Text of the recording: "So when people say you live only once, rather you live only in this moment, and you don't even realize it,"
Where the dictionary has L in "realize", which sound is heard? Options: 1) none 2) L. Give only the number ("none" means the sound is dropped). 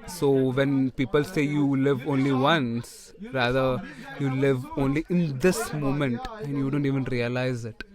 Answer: 2